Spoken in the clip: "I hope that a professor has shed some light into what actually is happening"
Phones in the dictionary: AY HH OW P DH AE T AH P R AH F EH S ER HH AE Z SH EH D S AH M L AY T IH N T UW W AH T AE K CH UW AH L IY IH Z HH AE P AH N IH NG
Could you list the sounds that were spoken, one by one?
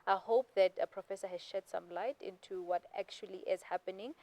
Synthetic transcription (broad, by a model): AY HH OW P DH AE T AH P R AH F EH S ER HH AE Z SH EH D S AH M L AY T IH N T UW W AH T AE K CH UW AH L IY IH Z HH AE P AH N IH NG